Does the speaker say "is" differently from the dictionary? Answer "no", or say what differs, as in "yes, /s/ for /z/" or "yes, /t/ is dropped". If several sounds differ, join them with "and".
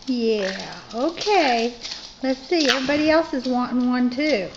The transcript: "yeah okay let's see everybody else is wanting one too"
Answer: no